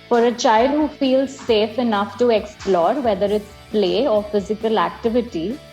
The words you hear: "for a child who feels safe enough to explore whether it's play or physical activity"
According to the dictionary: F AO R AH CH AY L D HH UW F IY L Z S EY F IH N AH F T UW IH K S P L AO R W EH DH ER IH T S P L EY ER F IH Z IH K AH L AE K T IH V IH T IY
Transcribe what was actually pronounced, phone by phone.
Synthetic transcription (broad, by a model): F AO R AH CH AY L D HH UW F IY L Z S EY F IH N AH F T UW IH K S P L AO R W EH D ER IH T S P L EY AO F IH Z IH K AH L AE K T IH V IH T IY